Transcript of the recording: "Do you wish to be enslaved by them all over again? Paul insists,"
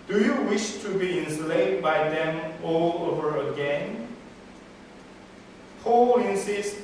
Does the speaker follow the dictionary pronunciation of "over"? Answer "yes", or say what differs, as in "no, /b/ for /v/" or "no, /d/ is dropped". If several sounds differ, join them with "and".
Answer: yes